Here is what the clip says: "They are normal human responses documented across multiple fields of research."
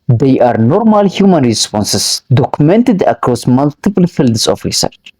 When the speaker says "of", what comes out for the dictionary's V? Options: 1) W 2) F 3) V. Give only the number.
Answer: 2